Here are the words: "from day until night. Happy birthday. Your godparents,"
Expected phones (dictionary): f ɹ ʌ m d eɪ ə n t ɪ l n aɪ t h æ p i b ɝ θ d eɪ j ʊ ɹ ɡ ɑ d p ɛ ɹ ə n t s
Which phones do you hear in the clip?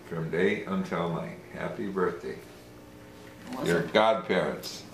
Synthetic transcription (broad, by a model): f ɹ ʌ m d eɪ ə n t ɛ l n aɪ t h æ p i b ɝ θ d eɪ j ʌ ɹ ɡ ɑ d p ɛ ɹ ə n t s